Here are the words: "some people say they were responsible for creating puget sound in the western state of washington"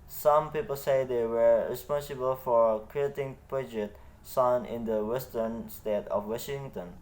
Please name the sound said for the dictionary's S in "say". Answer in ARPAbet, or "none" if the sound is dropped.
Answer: S